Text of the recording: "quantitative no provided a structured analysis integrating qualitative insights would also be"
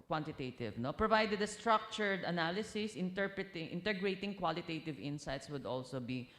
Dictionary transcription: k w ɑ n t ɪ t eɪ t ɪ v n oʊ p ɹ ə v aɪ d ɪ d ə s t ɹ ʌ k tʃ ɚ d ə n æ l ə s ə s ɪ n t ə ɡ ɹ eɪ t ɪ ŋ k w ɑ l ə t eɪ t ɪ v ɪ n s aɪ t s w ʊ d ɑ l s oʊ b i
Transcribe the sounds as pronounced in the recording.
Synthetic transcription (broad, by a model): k w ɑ n t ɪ t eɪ t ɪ v n oʊ p ɹ ə v aɪ d ɪ d ə s t ɹ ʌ k tʃ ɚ d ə n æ l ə s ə s ɪ n t ə ɡ ɹ eɪ t ɪ ŋ k w ɑ l ə t eɪ t ɪ v ɪ n s aɪ t s w ʊ d ɑ l s oʊ b i